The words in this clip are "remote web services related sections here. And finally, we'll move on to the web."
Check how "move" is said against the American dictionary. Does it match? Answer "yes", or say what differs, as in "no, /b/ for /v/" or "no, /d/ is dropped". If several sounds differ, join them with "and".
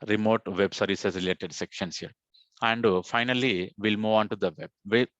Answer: yes